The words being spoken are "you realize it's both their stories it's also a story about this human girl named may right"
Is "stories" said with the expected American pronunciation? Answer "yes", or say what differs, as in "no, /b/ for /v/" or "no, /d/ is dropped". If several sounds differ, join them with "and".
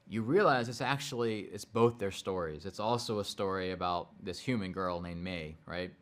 yes